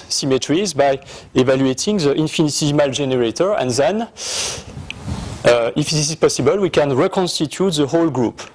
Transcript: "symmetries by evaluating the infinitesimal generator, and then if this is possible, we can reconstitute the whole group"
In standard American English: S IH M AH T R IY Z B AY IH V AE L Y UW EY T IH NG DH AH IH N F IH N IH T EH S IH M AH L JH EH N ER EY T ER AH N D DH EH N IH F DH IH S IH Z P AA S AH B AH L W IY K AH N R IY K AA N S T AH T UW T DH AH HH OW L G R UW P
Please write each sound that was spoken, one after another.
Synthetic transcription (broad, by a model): S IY M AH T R IY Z B AY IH V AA L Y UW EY T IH NG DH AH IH N F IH N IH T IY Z M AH L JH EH N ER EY T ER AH N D DH EH N IH F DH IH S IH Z P AA S AH B AH L W IY K AH N R IY K AA N S T AH T UW T DH AH HH OW L G R UW P